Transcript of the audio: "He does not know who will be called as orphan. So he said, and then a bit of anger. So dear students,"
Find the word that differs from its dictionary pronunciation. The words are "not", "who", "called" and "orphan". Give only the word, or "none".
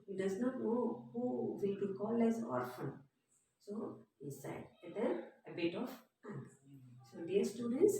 called